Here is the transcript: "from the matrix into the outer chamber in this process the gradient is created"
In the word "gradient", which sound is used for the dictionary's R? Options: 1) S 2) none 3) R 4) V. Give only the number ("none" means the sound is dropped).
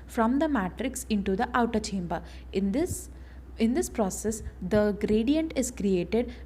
3